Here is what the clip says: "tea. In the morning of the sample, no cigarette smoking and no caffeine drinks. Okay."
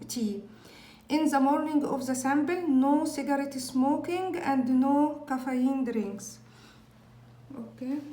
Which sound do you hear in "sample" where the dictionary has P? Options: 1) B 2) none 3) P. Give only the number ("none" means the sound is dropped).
1